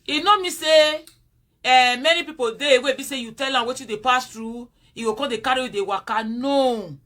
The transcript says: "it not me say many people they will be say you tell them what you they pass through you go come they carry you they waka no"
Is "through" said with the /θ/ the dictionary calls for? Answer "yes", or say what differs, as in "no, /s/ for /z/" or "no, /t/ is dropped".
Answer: no, /t/ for /θ/